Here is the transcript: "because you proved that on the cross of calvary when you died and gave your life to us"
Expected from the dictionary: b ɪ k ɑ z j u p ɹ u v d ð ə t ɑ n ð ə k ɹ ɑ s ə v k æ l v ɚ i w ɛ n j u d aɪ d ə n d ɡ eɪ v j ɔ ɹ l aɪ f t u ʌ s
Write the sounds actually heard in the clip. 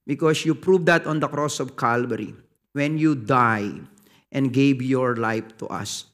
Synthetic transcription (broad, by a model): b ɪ k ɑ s j u p ɹ u v d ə t ɑ n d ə k ɹ ɑ s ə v k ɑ l b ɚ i w ɛ n j u d aɪ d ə n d ɡ eɪ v j ɔ ɹ l aɪ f t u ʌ s